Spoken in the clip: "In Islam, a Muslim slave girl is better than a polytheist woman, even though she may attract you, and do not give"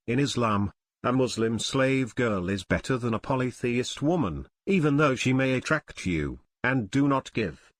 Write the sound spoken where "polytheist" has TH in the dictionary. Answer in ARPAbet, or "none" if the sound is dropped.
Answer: TH